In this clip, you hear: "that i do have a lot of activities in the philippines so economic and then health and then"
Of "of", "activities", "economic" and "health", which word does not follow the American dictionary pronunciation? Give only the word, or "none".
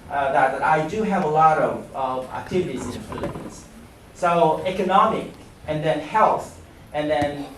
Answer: none